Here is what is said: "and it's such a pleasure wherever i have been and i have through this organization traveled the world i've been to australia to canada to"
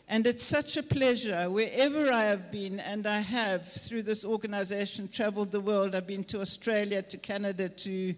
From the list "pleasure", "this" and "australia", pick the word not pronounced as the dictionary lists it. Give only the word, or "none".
none